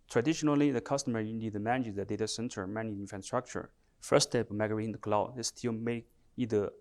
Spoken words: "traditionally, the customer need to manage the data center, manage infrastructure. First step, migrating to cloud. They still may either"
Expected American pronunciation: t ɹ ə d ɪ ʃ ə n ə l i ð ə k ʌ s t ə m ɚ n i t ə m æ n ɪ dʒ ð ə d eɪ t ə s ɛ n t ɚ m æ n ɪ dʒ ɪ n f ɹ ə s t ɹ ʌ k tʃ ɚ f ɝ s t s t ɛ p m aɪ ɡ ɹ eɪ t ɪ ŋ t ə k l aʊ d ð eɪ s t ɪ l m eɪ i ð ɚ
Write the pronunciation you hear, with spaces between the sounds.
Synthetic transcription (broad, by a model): t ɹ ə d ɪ ʃ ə n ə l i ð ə k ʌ s t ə m ɚ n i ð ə m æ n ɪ z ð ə d eɪ t ə s ɛ n t ɚ m æ n ɪ dʒ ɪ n f ɹ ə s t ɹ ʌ k tʃ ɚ f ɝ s s t ɛ p m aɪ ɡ ʌ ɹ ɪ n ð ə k l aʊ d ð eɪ s t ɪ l m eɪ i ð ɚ